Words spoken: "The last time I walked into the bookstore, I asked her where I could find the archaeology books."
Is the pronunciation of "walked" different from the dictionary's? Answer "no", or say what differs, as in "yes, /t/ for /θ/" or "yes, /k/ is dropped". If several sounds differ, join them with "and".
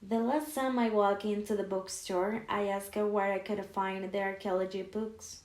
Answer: yes, /t/ is dropped